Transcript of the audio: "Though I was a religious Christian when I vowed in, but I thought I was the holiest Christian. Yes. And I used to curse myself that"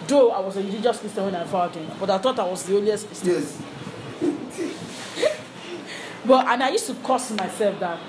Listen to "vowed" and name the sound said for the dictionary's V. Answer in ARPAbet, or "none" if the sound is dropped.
F